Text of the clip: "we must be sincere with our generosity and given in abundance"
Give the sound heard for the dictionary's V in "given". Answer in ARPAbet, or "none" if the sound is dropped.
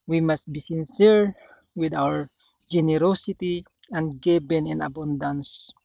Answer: B